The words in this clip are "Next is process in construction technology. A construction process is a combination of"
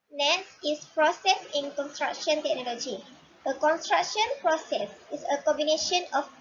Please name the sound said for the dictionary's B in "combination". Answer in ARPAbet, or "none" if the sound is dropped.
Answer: B